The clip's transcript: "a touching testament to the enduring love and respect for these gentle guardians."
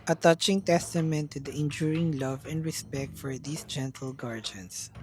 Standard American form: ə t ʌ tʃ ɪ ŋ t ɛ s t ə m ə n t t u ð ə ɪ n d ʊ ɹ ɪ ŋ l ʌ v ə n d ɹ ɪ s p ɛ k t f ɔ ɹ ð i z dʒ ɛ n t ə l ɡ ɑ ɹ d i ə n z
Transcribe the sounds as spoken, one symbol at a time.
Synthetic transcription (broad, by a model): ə t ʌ tʃ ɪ ŋ t ɛ s t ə m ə n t t u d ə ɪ n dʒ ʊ ɹ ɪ ŋ l ʌ v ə n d ɹ ɪ s p ɛ k t f ɔ ɹ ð i s dʒ ɛ n t ə l ɡ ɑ ɹ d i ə n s